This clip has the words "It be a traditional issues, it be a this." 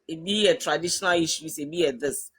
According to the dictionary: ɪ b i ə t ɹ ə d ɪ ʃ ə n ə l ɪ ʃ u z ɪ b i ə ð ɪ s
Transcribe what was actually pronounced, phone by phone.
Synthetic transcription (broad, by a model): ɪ b i ə t ɹ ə d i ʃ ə n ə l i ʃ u s ɪ b i ə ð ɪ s